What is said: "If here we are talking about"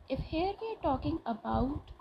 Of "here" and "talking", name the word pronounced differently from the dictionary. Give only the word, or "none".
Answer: none